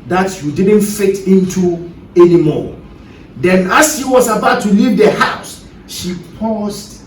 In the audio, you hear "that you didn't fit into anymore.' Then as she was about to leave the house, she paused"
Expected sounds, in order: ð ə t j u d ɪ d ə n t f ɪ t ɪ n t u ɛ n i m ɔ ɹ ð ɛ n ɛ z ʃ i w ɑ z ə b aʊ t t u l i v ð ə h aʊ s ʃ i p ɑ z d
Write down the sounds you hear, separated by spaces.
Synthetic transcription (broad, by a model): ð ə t j u d ɪ d ə n t f ɪ t ɪ n t u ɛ n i m ɔ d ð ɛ n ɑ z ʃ i w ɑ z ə b aʊ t t u l i v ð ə h aʊ s ʃ i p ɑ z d